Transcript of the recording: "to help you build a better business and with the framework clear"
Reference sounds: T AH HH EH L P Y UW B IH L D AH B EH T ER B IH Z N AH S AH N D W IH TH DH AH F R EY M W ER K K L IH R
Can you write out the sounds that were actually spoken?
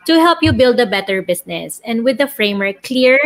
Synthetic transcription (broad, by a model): T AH HH EH L P Y UW B IH L D AH B EH T ER B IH S N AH S AH N D W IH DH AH F R EY M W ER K K L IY R